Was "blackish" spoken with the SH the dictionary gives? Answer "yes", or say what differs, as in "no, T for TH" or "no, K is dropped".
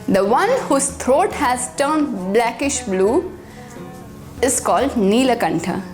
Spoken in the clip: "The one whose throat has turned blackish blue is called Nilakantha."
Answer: yes